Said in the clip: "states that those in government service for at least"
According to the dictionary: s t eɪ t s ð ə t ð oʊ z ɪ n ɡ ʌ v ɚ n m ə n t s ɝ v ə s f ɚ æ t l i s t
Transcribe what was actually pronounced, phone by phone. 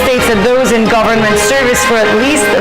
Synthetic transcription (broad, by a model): s t eɪ t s ð ə t ð oʊ z ɪ n ɡ ʌ v ɚ n m ə n t s ɝ v ə s f ɚ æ t l i s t